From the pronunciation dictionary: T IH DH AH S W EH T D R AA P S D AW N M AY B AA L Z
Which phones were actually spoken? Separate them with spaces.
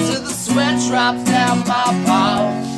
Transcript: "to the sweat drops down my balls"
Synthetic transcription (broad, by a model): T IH DH AH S W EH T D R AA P D AW N M AY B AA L